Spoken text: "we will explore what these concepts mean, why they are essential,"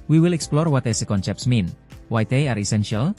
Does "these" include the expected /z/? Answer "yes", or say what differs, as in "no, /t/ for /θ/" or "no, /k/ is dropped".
no, /z/ is dropped